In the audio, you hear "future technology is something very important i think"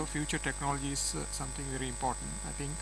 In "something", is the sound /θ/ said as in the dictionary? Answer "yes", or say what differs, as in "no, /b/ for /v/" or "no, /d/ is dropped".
no, /t/ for /θ/